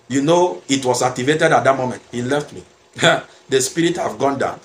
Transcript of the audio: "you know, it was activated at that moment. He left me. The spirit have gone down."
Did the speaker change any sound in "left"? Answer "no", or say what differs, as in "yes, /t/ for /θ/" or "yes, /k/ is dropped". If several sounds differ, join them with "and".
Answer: no